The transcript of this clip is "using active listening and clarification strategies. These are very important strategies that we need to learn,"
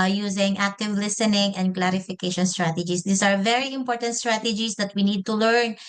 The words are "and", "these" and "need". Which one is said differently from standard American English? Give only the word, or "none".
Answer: these